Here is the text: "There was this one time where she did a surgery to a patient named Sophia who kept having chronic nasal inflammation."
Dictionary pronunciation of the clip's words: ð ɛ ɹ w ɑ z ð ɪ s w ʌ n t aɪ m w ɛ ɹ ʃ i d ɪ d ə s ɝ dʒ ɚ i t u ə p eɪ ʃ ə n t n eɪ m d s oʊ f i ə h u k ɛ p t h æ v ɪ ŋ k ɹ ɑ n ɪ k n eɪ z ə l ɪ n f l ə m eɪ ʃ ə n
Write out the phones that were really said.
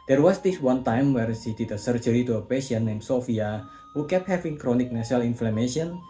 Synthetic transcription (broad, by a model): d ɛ ɹ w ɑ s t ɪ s w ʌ n t aɪ m w ɛ ɹ s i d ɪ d ə s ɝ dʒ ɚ i t u ə p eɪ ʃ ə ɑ n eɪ m s oʊ f i ə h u k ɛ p h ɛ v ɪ ŋ k ɹ ɑ n ɪ k n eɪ s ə l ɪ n f l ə m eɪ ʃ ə n